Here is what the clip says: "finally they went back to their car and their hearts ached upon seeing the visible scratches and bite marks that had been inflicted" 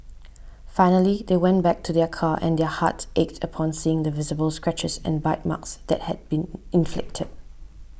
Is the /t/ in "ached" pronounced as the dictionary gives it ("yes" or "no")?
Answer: yes